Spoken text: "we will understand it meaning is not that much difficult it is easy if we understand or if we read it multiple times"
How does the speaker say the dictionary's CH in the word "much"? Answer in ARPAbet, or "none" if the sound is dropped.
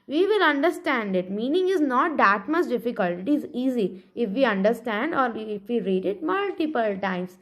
S